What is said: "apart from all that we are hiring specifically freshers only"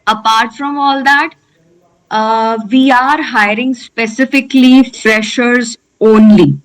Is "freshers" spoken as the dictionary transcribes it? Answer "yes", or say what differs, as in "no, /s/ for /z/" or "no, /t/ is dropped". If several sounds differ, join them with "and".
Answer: yes